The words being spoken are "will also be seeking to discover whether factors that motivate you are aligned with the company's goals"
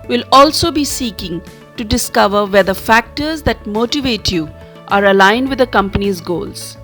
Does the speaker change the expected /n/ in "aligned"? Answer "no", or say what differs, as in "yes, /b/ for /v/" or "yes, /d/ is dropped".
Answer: no